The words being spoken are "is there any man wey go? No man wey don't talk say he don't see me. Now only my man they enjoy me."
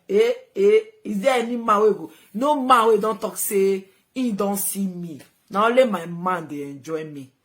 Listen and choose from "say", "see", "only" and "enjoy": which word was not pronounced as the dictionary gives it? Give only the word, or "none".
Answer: only